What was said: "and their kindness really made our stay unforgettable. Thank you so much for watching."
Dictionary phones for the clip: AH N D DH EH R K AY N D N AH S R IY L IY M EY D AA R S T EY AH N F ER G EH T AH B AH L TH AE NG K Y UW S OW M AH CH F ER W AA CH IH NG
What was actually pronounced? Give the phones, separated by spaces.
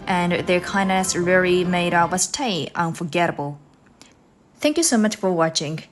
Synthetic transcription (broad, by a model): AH N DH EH R K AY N N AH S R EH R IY M EY D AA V S T EY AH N F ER G EH T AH B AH L TH AE NG K Y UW S OW M AH CH F ER W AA CH IH NG